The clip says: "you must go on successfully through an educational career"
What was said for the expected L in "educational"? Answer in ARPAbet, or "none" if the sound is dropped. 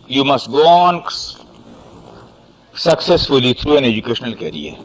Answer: L